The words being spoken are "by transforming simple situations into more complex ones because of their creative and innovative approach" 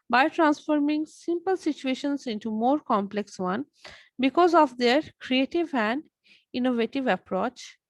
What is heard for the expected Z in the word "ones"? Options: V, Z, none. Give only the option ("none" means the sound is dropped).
none